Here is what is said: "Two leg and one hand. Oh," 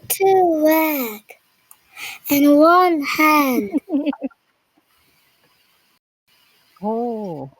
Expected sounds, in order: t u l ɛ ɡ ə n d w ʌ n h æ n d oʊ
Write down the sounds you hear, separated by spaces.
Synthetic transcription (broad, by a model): t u w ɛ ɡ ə n w ʌ n h æ n d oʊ